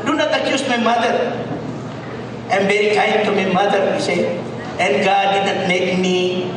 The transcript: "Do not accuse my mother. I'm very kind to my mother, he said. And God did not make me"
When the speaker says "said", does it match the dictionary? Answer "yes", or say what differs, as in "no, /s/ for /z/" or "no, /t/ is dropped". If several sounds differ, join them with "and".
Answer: no, /d/ is dropped